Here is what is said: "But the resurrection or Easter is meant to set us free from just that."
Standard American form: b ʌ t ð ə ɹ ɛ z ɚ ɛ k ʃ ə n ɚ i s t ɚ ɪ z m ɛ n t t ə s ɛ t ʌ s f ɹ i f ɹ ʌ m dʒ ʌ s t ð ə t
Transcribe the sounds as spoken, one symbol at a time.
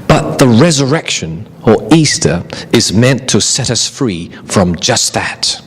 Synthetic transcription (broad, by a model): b ʌ t ð ə ɹ ɛ z ɚ ɛ k ʃ ə n ɚ i s t ɚ ɪ z m ɛ n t t ə s ɛ t ʌ s f ɹ i f ɹ ʌ m dʒ ʌ s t ð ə t